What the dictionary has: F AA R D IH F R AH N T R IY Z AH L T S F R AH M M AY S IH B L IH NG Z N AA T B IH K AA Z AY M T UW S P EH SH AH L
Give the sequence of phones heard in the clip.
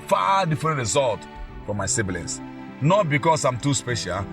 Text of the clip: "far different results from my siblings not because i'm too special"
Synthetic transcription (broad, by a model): F AA D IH F R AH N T R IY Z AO L T F R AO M M AY S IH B L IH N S N AA T B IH K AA S AY M T UW S P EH SH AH L